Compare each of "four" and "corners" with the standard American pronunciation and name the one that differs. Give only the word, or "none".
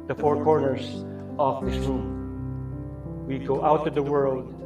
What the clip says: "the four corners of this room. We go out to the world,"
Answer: corners